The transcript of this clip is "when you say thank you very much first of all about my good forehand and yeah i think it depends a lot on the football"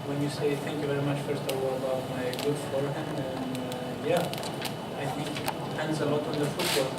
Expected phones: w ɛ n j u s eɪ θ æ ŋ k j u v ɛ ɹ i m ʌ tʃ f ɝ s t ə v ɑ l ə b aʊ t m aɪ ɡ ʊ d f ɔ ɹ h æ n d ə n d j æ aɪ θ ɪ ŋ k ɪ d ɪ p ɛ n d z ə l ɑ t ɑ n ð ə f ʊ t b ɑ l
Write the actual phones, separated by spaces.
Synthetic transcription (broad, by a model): w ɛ n j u s eɪ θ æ ŋ k j u v ɛ ɹ i m ʌ tʃ f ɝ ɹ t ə w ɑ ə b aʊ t m aɪ ɡ ʊ d f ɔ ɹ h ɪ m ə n j æ aɪ θ ɪ ŋ k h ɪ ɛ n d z ə l ɑ t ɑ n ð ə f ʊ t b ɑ